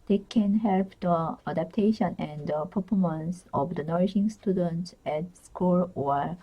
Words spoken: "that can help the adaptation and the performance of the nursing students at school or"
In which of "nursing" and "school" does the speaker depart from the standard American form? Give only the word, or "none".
nursing